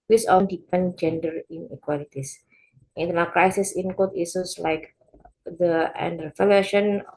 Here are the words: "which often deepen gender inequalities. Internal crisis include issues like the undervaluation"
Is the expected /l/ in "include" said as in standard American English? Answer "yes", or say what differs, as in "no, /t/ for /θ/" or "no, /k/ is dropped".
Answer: no, /l/ is dropped